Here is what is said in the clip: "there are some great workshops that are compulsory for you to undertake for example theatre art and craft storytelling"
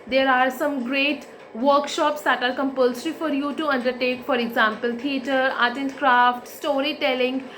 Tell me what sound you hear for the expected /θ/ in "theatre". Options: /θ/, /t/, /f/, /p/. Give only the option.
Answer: /t/